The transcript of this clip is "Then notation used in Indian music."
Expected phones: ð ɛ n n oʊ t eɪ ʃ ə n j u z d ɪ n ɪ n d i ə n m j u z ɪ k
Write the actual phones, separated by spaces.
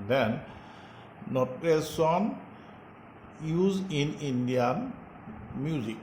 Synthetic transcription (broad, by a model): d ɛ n n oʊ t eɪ s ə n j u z ɪ n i n d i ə n m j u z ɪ k